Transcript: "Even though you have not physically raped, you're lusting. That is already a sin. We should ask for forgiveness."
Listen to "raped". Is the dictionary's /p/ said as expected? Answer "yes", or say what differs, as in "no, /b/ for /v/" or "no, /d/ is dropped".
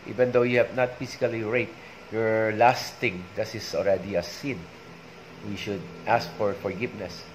no, /p/ is dropped